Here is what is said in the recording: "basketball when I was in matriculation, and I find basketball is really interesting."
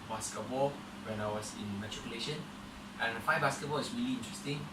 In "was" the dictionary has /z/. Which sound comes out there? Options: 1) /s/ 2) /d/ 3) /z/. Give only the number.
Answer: 1